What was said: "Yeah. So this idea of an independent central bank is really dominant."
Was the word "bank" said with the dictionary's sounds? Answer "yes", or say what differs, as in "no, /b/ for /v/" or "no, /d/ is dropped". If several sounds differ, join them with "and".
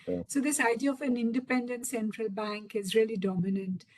yes